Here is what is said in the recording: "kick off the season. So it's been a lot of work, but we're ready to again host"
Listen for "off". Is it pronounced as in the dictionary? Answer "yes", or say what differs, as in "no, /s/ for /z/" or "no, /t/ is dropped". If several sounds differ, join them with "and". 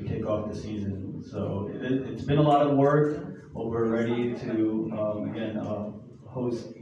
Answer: yes